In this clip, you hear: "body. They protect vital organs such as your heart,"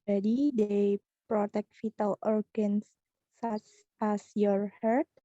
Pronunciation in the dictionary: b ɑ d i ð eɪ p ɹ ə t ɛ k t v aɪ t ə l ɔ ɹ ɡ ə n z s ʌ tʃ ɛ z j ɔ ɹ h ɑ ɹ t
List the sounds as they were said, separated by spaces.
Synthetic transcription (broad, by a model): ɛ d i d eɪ p ɹ ə t ɛ k t f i t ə l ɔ ɹ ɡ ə n s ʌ s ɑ s j ɔ ɹ h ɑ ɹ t